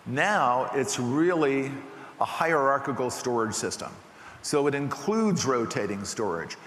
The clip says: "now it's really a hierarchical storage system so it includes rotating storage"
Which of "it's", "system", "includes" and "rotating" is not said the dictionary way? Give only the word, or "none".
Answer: none